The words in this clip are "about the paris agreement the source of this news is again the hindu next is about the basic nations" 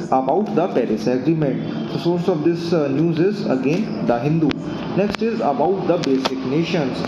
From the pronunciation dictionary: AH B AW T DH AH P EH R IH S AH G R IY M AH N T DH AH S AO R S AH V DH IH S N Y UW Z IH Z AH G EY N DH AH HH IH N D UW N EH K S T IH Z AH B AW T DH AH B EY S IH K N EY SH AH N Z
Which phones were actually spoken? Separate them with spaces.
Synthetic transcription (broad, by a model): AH B AW T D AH P EH R IH S AH G R IY M AH N T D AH S AO R S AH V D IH S N Y UW Z IH Z AH G EY N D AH HH IH N D UW N EH K S T IH Z AH B AW T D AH B EY S IH K N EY SH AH N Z